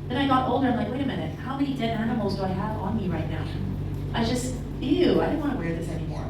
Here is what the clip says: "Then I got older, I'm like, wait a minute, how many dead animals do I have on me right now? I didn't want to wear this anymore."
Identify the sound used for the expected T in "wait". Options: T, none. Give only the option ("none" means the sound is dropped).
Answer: T